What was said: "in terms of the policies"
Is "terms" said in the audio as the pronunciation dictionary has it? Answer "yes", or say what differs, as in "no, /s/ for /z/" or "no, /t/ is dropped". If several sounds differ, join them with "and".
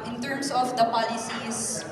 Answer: no, /s/ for /z/